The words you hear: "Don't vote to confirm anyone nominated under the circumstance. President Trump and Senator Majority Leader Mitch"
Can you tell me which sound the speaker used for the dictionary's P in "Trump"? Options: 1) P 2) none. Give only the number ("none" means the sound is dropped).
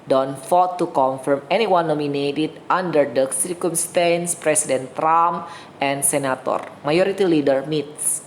2